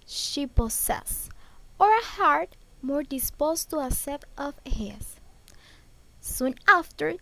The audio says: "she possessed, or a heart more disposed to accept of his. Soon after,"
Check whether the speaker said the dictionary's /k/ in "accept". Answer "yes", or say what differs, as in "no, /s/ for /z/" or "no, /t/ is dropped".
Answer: no, /k/ is dropped